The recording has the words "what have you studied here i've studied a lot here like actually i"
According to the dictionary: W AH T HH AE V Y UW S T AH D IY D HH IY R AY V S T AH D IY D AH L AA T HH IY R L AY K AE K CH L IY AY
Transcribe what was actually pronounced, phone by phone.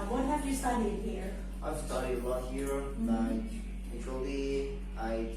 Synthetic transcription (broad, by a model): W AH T HH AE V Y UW S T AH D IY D HH IY R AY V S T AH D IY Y AH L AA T HH IY R N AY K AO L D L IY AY